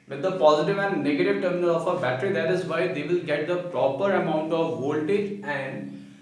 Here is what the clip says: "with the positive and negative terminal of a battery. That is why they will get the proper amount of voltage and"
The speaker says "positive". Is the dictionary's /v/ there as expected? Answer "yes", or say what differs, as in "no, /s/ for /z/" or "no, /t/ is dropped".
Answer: yes